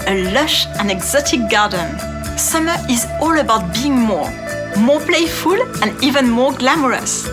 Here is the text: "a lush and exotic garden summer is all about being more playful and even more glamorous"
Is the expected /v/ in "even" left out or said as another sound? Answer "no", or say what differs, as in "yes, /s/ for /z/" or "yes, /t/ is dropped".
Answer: no